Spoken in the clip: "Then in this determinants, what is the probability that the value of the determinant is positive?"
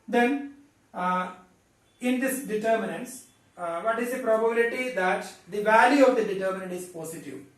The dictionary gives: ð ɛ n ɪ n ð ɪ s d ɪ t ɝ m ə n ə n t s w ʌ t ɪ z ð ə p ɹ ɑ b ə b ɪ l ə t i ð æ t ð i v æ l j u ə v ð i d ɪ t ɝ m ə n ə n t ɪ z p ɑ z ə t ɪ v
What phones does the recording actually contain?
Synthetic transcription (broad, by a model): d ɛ n ɪ n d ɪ s d ɪ t ɝ m ə n ə n t s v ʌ t ɪ z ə p ɹ ɑ b ə b ɪ l ə t i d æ t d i v æ l j u ə v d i d ɪ t ɝ m ə n ə n t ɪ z p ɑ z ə t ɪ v